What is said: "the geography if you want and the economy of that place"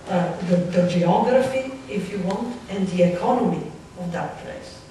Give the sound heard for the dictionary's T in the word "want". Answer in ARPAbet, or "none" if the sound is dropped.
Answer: T